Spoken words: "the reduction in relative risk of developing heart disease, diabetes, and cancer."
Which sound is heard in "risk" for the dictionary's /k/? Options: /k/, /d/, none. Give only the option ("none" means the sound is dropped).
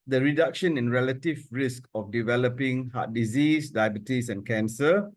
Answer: /k/